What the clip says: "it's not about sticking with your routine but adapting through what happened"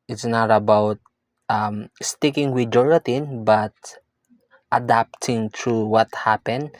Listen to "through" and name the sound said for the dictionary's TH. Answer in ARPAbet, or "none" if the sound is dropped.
T